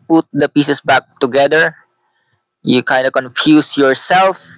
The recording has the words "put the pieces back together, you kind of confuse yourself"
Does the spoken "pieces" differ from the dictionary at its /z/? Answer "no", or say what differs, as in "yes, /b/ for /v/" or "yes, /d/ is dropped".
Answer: yes, /s/ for /z/